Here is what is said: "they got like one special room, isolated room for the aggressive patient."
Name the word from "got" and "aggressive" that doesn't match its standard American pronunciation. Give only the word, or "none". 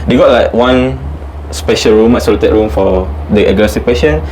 aggressive